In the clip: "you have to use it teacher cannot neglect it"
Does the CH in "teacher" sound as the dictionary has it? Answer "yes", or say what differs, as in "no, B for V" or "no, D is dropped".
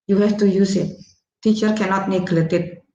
yes